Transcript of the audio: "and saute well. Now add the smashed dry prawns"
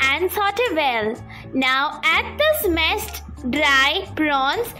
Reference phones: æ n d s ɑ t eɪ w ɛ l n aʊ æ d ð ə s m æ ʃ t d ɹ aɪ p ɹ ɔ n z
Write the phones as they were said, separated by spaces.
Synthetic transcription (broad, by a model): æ n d s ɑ t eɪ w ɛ l n aʊ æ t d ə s m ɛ s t d ɹ aɪ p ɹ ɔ n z